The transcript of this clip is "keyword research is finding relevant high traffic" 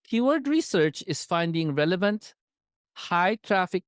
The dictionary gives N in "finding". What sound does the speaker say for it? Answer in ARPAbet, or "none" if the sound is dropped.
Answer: N